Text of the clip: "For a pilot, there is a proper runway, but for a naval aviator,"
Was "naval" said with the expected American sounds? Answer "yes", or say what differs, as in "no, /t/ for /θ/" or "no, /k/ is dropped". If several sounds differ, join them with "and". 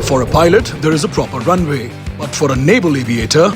no, /b/ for /v/